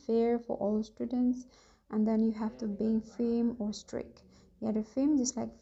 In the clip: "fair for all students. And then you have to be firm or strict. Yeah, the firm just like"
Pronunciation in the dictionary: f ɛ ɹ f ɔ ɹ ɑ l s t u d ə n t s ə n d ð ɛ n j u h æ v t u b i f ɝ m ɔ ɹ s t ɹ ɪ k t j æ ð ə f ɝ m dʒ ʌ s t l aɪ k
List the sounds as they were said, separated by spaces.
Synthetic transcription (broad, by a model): f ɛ ɹ f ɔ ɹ ɑ l s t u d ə n t s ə n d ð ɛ n j u h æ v t u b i f ɝ m ɔ ɹ s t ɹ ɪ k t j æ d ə f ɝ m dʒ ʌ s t l aɪ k